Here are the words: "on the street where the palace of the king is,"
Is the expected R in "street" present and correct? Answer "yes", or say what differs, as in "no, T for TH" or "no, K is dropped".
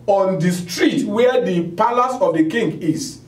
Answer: yes